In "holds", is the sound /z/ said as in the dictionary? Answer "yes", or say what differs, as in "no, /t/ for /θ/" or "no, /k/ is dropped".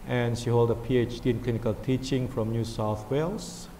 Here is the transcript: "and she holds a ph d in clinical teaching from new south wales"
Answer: no, /z/ is dropped